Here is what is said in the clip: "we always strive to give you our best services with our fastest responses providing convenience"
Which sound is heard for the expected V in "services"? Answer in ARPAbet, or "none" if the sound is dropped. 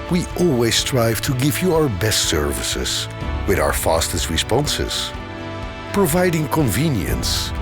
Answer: V